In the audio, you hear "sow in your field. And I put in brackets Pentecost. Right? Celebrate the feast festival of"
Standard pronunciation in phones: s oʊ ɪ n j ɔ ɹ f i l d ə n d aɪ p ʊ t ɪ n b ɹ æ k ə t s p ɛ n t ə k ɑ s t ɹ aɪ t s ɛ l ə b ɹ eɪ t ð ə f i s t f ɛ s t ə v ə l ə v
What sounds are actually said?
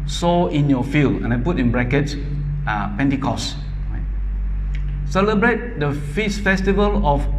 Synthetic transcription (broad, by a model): s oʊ ɪ n j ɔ f i l d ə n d aɪ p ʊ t ɪ n b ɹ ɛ k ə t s p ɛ n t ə k ɑ s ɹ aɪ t s ɛ l ə b ɹ eɪ t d ə f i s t f ɛ s t ə v ə l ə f